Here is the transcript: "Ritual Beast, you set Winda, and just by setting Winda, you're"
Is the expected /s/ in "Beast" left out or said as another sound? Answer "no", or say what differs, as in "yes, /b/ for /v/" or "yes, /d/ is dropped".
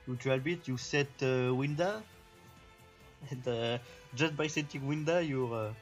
yes, /s/ is dropped